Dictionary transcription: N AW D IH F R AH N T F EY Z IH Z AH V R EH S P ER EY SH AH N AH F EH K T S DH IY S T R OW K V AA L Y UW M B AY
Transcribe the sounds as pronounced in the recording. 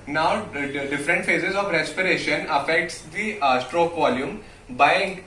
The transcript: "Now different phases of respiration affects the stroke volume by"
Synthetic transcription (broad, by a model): N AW D IH F R AH N T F EY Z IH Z AH V R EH S P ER EY SH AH N AH F EH K T S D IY S T R OW K V AA L Y UW M B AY